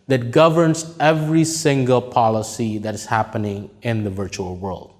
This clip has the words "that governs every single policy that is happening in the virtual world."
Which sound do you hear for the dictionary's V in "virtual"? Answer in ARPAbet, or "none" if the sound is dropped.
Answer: V